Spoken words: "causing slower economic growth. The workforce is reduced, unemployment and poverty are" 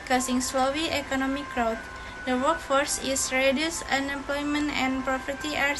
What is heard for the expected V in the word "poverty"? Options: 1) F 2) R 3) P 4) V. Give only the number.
3